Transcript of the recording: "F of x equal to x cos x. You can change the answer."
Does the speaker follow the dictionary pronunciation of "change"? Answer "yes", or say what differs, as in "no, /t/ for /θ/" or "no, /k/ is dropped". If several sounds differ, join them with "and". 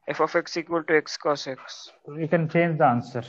yes